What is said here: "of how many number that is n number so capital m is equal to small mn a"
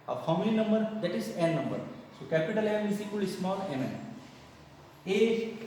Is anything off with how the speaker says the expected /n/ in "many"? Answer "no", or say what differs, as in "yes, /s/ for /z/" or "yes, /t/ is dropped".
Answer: yes, /l/ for /n/